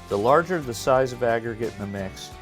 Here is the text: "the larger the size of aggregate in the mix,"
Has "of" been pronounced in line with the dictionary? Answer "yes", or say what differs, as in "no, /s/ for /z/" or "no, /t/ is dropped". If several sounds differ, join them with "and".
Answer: yes